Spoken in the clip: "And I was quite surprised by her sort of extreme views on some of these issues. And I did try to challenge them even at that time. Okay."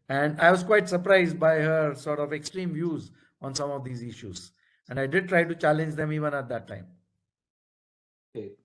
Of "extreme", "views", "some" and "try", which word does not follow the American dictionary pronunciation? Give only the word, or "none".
none